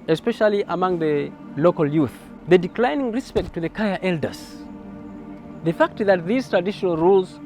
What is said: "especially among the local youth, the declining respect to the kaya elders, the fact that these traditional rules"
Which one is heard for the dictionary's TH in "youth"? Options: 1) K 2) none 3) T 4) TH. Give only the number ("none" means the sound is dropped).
4